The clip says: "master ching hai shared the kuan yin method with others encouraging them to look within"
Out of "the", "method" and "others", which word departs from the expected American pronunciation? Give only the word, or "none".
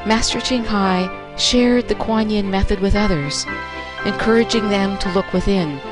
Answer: none